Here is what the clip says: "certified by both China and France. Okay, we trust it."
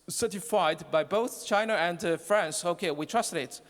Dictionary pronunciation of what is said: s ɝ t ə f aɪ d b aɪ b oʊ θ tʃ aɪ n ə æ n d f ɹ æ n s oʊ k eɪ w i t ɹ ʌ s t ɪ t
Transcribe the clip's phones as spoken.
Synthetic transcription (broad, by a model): s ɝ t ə f aɪ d b aɪ b oʊ θ tʃ aɪ n ə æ n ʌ f ɹ æ n s oʊ k eɪ w i t ɹ ʌ s t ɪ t